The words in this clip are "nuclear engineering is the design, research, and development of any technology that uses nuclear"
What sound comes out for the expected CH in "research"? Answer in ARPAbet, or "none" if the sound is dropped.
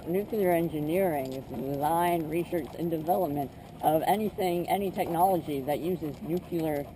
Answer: S